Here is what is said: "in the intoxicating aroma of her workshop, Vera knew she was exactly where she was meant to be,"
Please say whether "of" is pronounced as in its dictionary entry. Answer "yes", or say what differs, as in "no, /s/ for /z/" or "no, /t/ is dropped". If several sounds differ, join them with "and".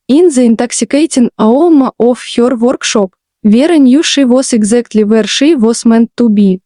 no, /f/ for /v/